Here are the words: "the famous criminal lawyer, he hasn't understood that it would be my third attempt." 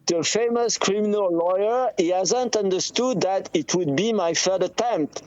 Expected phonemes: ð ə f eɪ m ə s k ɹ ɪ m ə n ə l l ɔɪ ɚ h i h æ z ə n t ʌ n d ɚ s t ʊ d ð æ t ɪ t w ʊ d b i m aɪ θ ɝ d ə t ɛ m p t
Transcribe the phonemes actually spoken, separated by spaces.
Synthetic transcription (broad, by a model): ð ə f eɪ m ə s k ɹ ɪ m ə n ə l l ɔɪ ɚ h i h æ z ə n t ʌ n d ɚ s t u d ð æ t ɪ t w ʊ d b i m aɪ f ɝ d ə t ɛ m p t